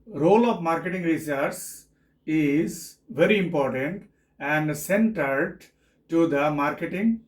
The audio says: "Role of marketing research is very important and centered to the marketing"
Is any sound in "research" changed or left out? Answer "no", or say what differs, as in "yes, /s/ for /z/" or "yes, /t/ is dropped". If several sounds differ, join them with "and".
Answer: yes, /s/ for /tʃ/